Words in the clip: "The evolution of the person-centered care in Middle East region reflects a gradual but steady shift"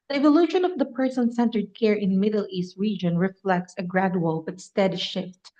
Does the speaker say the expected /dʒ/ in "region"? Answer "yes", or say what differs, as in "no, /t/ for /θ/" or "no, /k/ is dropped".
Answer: yes